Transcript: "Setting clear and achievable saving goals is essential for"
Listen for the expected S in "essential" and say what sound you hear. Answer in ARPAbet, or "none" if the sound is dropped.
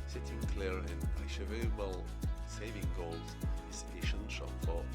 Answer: SH